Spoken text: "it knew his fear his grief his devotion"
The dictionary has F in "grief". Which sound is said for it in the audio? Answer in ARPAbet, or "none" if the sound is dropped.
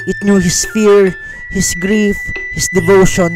F